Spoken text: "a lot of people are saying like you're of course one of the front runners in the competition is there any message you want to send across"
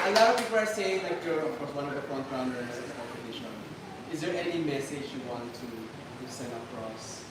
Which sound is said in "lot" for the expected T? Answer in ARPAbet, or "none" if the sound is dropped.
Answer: none